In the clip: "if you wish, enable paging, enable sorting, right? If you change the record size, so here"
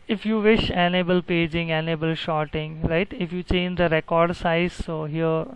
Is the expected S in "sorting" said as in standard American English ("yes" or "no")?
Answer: no